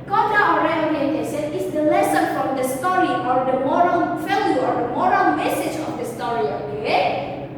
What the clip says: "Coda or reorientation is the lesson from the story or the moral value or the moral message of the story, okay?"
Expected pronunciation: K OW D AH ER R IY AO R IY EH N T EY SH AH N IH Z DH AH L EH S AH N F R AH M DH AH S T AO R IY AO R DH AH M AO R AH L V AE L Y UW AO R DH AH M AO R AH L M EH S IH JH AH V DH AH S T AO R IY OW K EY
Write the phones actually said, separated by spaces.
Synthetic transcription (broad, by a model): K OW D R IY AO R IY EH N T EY S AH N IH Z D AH L EH S AH N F R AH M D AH S T AO R IY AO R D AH M AO R AH L F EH L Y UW AO R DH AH M AO R AH L M EH S IH JH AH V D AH S T AO R IY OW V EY